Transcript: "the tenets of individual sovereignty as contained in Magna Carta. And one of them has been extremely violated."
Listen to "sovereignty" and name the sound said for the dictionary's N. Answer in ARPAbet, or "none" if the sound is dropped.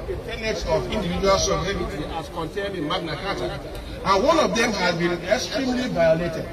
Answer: none